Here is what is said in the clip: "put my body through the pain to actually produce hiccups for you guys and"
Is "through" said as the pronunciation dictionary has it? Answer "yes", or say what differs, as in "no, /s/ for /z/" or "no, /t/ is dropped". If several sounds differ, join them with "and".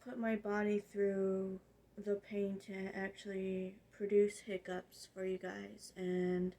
yes